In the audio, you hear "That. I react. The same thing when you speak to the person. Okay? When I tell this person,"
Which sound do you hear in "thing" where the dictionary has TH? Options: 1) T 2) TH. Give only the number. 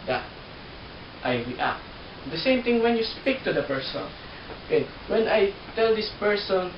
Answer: 1